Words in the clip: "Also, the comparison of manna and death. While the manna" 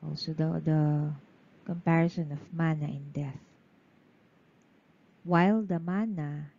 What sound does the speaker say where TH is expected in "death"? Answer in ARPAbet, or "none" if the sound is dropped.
TH